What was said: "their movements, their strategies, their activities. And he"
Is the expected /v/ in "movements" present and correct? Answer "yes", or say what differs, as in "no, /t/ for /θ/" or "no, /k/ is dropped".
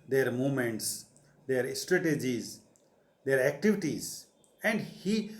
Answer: no, /v/ is dropped